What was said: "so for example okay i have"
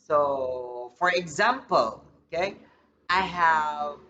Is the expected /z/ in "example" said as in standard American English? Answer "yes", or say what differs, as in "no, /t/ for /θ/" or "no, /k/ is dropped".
yes